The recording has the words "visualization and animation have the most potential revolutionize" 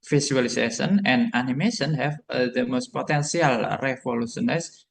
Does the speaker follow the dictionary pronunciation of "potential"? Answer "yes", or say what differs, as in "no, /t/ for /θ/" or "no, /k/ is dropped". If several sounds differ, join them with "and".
no, /s/ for /ʃ/